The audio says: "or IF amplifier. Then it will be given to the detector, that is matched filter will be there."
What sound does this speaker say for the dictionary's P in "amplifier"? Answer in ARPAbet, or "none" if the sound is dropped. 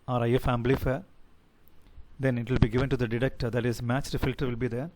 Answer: B